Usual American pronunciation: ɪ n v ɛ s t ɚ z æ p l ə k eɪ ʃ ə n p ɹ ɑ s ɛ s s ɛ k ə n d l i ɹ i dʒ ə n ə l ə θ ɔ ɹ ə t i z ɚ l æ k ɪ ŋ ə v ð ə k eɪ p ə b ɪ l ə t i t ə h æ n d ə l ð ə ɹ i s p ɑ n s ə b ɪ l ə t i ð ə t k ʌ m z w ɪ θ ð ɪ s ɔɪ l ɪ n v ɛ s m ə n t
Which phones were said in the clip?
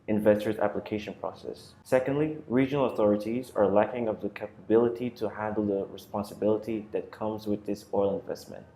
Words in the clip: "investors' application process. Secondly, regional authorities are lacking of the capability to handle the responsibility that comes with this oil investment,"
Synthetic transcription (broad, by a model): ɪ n v ɛ s t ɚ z æ p l ə k eɪ ʃ ə n p ɹ ɑ s ɛ s s ɛ k ə n d l i ɹ i dʒ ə n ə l ə θ ɔ ɹ ə t i z ɚ l æ k ɪ ŋ ə v ð ə k eɪ p ə b ɪ l ə t i t ə h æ n d l ð ə ɹ i s p ɑ n s ə b ɪ l ə t i ð ə t k ʌ m z w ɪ ð ɪ s ɔɪ l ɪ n v ɛ s m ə n t